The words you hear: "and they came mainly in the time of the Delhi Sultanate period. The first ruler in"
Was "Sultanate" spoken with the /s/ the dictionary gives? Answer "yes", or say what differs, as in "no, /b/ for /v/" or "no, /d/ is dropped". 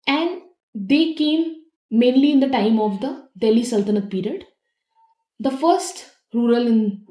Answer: yes